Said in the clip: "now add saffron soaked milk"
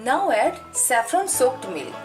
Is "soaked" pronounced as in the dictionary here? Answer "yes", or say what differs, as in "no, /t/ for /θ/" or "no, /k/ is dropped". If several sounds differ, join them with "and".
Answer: yes